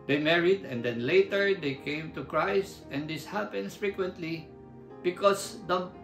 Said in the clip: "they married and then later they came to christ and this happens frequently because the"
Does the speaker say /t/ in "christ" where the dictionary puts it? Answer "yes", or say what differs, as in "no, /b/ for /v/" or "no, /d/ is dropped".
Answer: yes